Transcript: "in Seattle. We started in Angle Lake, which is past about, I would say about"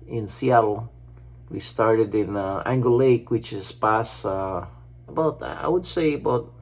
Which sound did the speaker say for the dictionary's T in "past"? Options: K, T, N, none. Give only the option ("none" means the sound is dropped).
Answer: none